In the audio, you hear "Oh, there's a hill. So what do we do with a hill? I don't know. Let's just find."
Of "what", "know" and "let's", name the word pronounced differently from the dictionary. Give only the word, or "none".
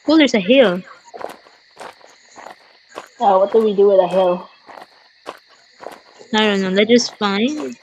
let's